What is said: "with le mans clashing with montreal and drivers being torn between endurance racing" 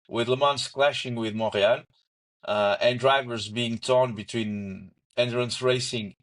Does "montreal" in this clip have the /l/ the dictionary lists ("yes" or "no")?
no